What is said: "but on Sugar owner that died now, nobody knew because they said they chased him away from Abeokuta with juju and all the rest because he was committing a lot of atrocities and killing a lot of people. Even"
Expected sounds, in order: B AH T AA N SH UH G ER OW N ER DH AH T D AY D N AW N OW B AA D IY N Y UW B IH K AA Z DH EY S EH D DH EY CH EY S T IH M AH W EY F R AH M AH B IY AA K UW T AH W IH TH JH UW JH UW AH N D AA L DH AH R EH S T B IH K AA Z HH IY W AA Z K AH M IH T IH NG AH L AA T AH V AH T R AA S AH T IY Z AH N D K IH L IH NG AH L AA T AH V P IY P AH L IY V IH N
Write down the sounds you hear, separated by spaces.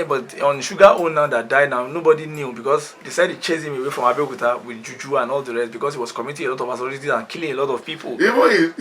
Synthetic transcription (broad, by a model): B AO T AA N SH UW G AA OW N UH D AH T D AY D N AW N OW B AA D IY N Y UW B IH K AA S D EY S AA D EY CH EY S IH M AH W EY F R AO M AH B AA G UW T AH W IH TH JH UW JH UW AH N AA L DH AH R EH S T B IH K AA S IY W AA S K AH M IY T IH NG AH L AA T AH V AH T AA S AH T IY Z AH N K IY L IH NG AH L AA T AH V P IY P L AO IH